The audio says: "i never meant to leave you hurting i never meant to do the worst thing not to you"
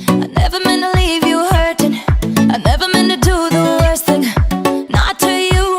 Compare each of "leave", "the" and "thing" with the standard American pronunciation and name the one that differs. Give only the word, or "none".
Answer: none